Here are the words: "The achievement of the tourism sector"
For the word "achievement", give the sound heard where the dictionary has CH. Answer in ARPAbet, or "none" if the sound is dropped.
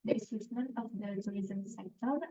S